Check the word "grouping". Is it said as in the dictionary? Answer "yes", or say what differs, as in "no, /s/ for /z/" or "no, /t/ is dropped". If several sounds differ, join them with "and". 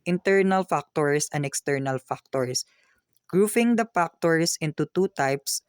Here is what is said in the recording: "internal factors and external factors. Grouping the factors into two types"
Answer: no, /f/ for /p/